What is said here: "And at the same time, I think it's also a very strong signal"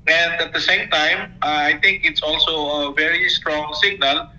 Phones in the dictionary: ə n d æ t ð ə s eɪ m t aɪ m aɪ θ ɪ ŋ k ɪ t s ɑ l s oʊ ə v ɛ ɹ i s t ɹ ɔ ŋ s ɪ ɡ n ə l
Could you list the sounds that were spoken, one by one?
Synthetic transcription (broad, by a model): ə n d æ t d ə s eɪ m t aɪ m aɪ t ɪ ŋ k ɪ t s ɑ l s oʊ ə v ɛ ɹ i s t ɹ ɔ ŋ s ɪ ɡ n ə l